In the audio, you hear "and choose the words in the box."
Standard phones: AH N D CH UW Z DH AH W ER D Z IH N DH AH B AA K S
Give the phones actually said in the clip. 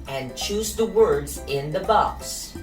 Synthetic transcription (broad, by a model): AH N CH UW Z DH AH W ER D Z IH N DH AH B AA K S